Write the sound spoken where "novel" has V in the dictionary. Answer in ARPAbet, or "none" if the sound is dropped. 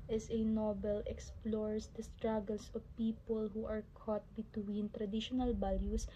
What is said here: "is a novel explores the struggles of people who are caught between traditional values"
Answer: B